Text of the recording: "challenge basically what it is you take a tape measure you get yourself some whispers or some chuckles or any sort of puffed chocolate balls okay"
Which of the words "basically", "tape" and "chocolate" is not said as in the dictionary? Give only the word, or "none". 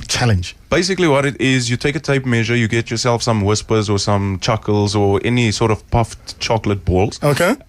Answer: none